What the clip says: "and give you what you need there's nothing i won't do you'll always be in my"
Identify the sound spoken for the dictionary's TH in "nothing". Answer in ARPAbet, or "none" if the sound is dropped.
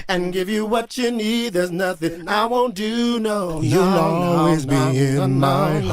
TH